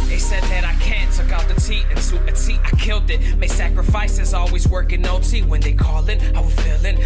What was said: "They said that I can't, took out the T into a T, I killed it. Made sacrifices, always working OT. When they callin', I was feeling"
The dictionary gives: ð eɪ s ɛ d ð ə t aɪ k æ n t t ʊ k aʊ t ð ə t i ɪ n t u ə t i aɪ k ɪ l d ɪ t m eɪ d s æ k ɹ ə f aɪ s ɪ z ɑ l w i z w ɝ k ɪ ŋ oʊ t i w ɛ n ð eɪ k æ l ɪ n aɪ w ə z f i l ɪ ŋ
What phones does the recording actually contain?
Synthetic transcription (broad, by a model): ð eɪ s ɛ d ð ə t aɪ k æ n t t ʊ k aʊ t ð ə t i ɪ n s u ə t i aɪ k ɪ l d ɪ t m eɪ s æ k ɹ ə f aɪ s ɪ z ɑ l w i z w ɝ k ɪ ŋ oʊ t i w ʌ n ð eɪ k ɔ l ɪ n aɪ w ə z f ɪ l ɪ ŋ